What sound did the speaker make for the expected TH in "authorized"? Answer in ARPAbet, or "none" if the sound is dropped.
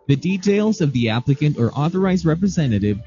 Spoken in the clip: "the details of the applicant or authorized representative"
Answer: TH